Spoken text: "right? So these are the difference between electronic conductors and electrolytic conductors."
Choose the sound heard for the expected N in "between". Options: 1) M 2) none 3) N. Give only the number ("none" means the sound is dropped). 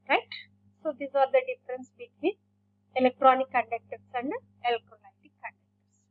2